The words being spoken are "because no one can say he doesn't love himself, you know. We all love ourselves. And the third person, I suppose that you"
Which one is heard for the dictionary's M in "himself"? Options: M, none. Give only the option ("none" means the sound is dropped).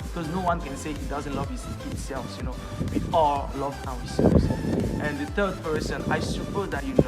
none